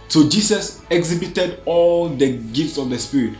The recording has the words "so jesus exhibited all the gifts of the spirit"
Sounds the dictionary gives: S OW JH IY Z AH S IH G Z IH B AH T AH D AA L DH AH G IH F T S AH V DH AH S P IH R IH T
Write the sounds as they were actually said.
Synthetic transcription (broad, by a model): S OW JH IY S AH S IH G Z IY B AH T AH D AA L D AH G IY F T S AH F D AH S P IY R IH T